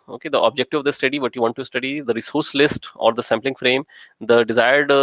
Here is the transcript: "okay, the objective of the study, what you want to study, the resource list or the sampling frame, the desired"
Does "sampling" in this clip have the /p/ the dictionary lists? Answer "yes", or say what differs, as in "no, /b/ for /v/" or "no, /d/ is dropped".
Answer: yes